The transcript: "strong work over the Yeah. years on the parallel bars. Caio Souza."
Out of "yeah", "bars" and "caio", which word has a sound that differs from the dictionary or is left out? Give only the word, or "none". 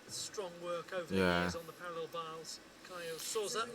bars